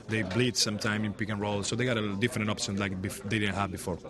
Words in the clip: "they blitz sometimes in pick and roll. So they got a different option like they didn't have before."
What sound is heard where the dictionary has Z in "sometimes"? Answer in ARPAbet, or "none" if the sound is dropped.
none